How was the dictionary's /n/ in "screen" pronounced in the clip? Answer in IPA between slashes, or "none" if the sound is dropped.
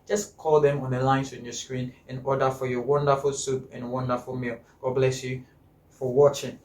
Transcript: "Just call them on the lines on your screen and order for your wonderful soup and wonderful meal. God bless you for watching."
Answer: /n/